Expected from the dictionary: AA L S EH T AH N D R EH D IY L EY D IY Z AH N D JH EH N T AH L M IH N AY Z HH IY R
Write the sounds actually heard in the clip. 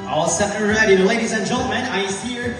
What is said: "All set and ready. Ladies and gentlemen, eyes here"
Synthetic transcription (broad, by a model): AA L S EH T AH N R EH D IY L EY D IY Z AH N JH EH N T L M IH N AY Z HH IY R